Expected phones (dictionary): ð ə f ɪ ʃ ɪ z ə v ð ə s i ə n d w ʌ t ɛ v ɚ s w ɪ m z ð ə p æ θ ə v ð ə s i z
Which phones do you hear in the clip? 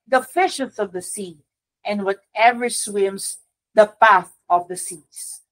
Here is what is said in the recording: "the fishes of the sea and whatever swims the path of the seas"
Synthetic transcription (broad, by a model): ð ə f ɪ ʃ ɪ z ə v ð ə s i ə n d w ʌ t ɛ v ɚ s w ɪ m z ð ə p æ θ ə v ð ə s i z